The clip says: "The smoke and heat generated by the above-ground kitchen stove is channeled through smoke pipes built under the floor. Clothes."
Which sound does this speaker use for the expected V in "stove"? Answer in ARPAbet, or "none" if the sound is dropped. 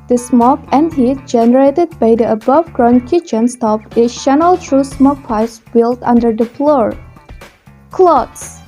P